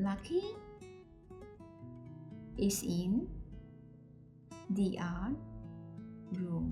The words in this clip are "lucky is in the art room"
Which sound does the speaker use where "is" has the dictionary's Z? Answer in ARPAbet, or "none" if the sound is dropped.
S